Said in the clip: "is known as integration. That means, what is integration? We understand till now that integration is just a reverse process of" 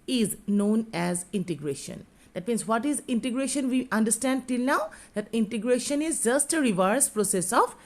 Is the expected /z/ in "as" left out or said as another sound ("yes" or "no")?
no